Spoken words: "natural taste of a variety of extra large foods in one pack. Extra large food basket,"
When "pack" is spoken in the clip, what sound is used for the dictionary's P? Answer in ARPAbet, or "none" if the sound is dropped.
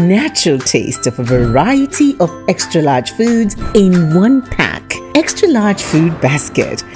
P